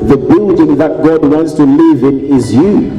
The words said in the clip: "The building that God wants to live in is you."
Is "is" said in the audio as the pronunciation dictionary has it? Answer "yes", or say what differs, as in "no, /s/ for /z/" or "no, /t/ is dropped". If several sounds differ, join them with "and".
yes